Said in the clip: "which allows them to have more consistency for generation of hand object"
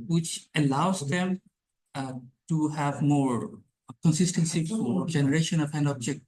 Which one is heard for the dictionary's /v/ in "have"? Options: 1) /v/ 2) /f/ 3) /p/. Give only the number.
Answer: 1